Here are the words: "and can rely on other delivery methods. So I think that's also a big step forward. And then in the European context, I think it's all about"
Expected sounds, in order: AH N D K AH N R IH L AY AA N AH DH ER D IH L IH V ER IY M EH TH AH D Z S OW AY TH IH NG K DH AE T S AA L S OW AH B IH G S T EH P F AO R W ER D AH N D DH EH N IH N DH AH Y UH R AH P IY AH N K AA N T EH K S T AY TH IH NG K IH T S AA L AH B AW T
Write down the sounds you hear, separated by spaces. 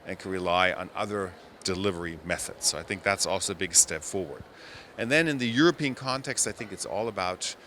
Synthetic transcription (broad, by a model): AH N K AH N R IH L AY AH N AH DH ER D IH L IH V ER IY M EH TH AH D Z S OW AY TH IH NG K DH AE T S AA L S OW AH B IH G S T EH P F AO R W ER D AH N DH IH N IH N DH AH Y UH R AH P IY AH N K AA N T EH K S T AY TH IH NG K IH T S AA L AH B AW T